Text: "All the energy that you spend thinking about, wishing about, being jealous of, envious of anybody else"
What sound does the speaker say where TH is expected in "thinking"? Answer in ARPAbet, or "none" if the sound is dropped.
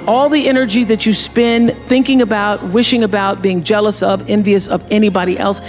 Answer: TH